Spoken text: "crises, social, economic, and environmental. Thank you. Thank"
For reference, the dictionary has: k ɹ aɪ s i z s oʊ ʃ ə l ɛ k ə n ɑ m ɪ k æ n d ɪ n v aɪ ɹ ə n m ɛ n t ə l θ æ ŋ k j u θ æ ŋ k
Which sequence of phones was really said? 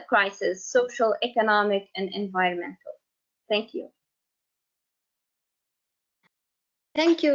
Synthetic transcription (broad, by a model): k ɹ aɪ s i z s oʊ ʃ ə l ɛ k ə n ɑ m ɪ k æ n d ɪ n v aɪ ɹ ə n m ɛ n t ə l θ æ ŋ k j u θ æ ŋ k